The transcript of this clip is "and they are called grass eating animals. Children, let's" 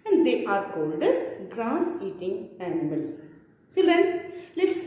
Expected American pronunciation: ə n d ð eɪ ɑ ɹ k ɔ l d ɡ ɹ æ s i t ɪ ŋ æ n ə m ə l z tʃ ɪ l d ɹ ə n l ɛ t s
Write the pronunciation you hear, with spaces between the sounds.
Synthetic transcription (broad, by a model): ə n d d eɪ ɑ ɹ k ɔ l d ɡ ɹ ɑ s i t ɪ ŋ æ n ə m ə l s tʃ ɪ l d ə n l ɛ t s